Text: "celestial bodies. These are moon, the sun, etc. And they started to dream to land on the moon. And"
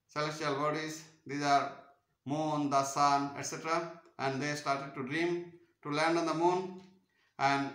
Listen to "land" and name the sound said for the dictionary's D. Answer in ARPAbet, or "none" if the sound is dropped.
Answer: D